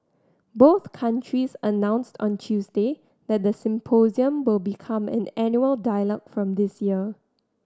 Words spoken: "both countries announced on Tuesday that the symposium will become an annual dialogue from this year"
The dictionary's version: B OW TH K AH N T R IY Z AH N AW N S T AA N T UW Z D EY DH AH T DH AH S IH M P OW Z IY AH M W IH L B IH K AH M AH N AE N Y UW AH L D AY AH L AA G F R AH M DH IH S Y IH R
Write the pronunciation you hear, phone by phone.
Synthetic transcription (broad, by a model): B OW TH K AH N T R IY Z AH N AW N S T AA N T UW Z D EY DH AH T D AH S IH M P OW Z IY AH M W IH L B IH K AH M AH N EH N Y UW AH L D AY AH L AA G F R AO M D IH S Y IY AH